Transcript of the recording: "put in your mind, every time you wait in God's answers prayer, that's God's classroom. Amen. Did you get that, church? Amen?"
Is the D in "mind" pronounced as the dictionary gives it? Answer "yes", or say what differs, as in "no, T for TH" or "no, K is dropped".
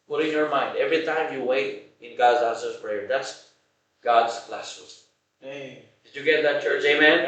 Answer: yes